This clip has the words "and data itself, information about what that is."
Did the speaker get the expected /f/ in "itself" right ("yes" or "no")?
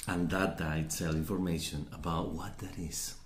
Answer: no